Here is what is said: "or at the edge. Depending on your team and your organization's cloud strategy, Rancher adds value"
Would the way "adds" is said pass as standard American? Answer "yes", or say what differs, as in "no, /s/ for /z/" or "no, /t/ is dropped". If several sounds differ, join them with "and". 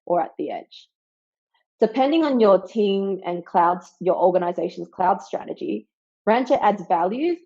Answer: yes